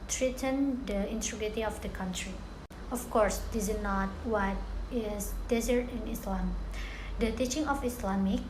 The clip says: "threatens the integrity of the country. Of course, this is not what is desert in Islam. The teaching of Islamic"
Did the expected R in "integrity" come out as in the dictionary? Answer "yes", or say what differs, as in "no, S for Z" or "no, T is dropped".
no, R is dropped